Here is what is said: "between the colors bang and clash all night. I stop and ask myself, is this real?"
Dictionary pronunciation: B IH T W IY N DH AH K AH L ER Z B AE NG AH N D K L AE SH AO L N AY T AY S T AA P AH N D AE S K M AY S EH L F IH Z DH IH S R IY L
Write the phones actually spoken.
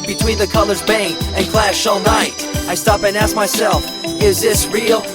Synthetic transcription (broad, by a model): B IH T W IY N DH AH K AH L ER Z B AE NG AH N K L AE SH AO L N AY T AY S T AA P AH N AE S K M AY S EH L F IH Z DH IH S R IY L